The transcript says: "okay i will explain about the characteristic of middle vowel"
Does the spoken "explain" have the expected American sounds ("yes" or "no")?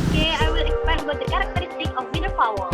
no